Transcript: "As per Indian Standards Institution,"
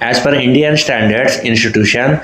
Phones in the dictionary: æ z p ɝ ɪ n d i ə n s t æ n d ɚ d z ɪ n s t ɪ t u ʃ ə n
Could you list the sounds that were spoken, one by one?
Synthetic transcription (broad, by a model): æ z f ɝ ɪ n d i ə n s t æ n d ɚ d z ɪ n s t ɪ t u ʃ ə n